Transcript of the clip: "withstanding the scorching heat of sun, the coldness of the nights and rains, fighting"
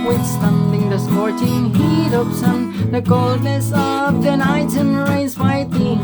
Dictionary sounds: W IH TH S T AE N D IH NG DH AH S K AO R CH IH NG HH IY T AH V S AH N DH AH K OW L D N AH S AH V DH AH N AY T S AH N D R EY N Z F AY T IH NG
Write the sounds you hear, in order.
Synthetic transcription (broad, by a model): W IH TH S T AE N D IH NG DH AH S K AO R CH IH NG HH IY T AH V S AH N DH AH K OW L D N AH S AH V DH AH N AY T AH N R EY Z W AY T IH